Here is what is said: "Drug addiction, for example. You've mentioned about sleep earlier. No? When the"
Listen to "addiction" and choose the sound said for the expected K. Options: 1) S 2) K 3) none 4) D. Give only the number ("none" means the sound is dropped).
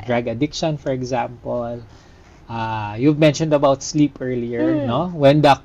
2